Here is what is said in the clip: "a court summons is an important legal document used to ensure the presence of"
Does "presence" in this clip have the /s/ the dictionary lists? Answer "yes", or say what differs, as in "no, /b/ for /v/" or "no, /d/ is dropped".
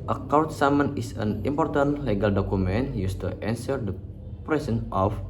no, /s/ is dropped